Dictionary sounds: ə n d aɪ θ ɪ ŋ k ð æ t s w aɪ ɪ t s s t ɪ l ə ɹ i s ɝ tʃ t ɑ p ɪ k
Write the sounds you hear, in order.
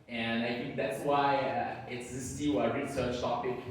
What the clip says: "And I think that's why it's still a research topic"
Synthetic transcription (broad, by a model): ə n aɪ θ ɪ ŋ k ð æ t s w aɪ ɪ t s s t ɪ w ə ɹ i s ɝ tʃ t ɑ p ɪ k